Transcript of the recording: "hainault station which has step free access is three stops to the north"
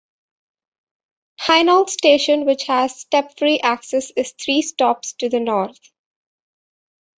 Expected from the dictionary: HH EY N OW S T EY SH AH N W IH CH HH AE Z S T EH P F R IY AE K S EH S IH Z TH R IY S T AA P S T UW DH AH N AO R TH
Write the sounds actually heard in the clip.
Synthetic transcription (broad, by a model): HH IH N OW S T EY SH AH N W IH CH HH AE Z S T EH P F R IY AE K S EH S IH Z T R IY S T AA P S T UW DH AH N AO R T